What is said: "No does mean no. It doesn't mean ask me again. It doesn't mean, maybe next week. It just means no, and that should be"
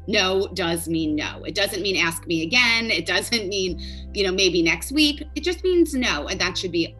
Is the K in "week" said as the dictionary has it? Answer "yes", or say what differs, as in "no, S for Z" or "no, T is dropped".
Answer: yes